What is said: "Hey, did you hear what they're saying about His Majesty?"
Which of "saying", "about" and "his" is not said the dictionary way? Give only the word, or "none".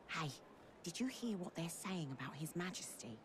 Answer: none